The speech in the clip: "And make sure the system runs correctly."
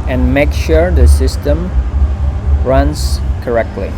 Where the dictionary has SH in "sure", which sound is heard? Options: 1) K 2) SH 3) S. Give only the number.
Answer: 2